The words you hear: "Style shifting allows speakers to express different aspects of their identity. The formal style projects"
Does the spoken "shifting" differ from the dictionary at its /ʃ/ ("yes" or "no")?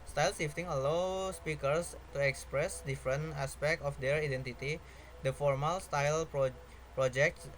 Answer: yes